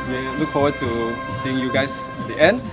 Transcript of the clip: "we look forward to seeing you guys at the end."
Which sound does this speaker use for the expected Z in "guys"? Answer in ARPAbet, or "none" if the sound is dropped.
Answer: S